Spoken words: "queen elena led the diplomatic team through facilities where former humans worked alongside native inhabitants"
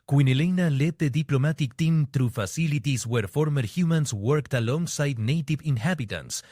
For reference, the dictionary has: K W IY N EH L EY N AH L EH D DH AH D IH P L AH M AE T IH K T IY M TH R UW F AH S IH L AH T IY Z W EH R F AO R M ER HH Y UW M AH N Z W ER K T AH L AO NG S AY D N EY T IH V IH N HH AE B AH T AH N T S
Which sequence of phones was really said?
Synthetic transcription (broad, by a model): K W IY N EH L EY N AH L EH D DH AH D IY P L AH M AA T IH K T IY M T R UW F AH S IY L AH T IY S W EH R F AO R M ER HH Y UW M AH N S W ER K T AH L AO NG S AY D N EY T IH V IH N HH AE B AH T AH N S